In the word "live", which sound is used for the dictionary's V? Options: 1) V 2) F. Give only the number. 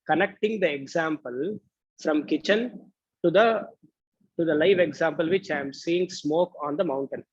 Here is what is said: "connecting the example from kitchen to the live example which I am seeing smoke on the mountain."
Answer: 1